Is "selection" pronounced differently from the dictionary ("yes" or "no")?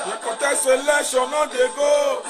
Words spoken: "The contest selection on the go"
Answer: yes